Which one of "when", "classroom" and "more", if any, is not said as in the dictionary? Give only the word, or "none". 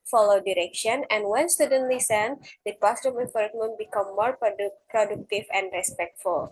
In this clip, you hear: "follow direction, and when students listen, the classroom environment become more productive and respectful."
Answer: classroom